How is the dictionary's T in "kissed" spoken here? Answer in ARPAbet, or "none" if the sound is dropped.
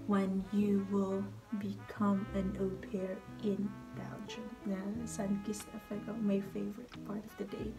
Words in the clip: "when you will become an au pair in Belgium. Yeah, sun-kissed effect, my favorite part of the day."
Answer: none